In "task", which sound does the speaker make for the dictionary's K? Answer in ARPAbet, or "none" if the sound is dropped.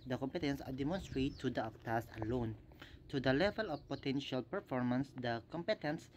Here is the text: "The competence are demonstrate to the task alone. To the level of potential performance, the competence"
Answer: none